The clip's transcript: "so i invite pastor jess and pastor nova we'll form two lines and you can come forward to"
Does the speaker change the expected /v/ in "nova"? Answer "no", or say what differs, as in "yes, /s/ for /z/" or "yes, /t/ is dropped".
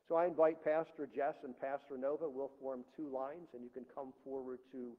no